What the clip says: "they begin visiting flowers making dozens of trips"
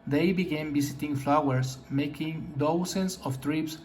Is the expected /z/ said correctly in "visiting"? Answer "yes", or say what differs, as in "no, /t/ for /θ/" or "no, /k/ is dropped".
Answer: no, /s/ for /z/